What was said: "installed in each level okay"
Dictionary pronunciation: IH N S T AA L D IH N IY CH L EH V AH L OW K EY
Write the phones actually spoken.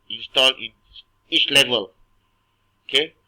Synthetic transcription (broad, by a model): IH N S T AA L IH N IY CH L EH V AH L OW K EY